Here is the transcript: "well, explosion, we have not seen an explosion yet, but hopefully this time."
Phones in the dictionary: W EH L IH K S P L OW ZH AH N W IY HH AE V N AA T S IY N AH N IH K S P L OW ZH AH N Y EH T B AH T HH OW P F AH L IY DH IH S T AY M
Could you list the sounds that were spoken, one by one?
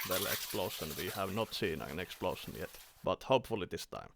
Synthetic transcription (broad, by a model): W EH L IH K S P L OW SH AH N W IY HH AE V N AA T S IY N AH N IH K S P L OW SH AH N Y EH T B AH T HH OW P F AH L IY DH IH S T AY M